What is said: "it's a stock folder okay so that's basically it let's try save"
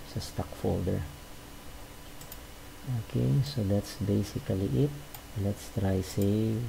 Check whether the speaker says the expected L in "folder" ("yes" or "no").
yes